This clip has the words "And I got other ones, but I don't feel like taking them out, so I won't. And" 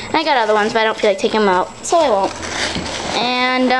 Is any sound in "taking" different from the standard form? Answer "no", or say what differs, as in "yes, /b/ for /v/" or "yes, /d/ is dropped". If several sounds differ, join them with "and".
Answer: yes, /k/ is dropped